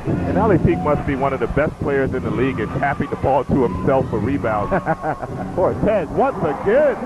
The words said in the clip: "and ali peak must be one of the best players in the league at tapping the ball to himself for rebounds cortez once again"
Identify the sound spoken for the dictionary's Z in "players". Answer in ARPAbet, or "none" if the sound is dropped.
Z